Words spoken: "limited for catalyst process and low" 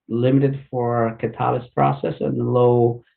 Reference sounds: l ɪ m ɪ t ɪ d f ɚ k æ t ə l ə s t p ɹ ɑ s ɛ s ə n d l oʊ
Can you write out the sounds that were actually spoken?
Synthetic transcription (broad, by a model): l ɪ m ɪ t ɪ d f ɚ k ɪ t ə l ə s p ɹ ɑ s ɛ s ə n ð l oʊ